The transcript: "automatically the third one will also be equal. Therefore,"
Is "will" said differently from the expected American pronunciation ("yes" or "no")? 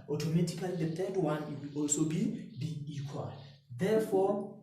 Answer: yes